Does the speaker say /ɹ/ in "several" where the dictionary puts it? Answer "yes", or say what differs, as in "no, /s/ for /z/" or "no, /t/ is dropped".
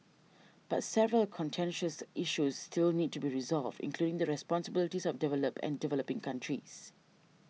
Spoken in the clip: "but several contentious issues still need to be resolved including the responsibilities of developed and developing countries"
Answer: yes